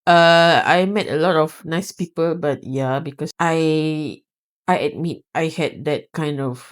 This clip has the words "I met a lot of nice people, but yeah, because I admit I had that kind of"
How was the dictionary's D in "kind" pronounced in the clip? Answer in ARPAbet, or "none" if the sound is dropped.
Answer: D